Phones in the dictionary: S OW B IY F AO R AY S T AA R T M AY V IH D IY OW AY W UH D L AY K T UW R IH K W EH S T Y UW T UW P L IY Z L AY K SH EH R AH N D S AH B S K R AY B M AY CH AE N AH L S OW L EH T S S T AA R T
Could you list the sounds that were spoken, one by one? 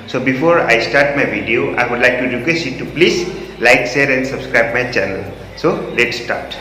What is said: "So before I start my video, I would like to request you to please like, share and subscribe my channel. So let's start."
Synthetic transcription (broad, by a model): S OW B IY F AO R AY S T AA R T M AY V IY D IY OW AY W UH D L AY K T UW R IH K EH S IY T UW P L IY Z L AY K S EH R AH N D S AH B S K R AY B M AY CH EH N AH L S OW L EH T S S T AA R T